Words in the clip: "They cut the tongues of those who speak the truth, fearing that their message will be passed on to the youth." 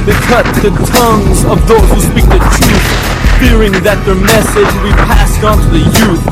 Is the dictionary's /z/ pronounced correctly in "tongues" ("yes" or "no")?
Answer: yes